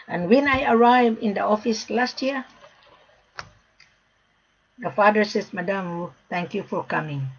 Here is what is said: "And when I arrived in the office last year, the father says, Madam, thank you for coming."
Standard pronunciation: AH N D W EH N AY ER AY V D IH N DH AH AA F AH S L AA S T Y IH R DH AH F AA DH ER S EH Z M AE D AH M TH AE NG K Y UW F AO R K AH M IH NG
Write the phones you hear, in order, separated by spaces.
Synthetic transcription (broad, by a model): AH N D W EH N AY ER AY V IH N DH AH AA F AH S L AA S T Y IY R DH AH F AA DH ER S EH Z M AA D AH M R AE NG K Y UW F AO R K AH M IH NG